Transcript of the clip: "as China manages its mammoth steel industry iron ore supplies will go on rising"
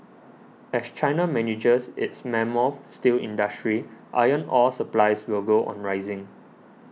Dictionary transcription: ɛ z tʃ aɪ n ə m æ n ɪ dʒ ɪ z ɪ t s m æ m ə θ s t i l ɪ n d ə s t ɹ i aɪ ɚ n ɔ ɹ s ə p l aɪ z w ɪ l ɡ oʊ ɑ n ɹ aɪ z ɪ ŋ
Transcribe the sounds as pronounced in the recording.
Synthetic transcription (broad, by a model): ɛ s tʃ aɪ n ə m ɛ n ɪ dʒ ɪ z ɪ t s m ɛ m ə f s t i l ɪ n d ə s t ɹ i aɪ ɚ n ɔ l s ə p l aɪ s w ɪ l ɡ oʊ ɑ n ɹ aɪ z ɪ ŋ